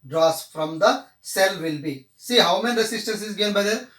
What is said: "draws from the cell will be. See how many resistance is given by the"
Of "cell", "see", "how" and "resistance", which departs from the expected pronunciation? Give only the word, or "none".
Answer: resistance